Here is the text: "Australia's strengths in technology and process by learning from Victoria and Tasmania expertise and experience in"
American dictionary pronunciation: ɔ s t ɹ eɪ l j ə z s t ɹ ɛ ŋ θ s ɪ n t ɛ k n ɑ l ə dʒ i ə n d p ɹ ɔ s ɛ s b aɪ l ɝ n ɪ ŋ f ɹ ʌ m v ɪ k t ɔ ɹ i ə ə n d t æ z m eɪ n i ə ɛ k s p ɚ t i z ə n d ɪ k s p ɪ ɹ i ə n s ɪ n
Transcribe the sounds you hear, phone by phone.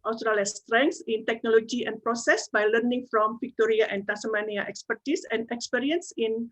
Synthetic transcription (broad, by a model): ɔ s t ɹ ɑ l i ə s t ɹ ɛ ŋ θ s ɪ n t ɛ k n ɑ l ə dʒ i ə n p ɹ ɔ s ɛ s b aɪ l ɝ n ɪ ŋ f ɹ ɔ m f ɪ k t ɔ ɹ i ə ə n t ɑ s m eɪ n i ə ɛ k s p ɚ t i s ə n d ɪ k s p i ɹ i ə n s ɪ n